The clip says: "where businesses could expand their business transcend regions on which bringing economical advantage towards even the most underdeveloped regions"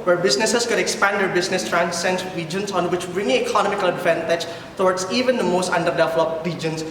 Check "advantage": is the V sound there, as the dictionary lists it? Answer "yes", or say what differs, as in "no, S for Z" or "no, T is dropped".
no, F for V